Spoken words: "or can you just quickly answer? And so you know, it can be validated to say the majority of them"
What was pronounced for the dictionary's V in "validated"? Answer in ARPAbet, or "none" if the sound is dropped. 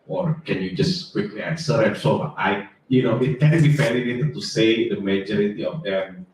F